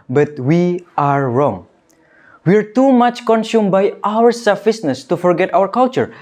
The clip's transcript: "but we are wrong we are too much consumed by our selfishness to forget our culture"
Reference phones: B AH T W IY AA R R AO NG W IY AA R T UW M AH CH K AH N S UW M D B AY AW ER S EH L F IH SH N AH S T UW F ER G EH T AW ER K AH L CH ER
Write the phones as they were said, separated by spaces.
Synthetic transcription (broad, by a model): B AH T W IY AA R R AO NG W IY AA R T UW M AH CH K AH N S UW M B AY AW ER S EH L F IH S N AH S T UW F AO G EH T AW ER K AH L CH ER